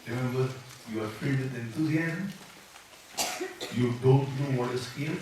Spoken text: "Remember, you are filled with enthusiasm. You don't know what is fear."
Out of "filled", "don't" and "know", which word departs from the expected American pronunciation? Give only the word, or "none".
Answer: filled